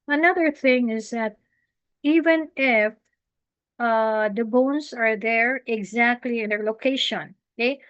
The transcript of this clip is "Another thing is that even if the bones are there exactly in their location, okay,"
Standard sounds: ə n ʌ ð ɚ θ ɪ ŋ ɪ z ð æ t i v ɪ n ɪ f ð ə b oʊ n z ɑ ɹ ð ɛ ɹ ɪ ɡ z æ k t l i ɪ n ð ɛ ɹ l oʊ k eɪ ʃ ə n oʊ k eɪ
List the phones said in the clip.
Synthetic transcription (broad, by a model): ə n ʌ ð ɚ θ ɪ ŋ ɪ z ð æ t i v ɪ n ɪ f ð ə b oʊ n s ɑ ɹ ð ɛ ɹ ɪ ɡ z æ k t l i ɪ n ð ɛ ɹ l oʊ k eɪ ʃ ə n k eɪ